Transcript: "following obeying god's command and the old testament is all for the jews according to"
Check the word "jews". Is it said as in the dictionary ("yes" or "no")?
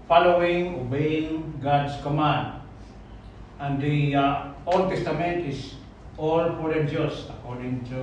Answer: no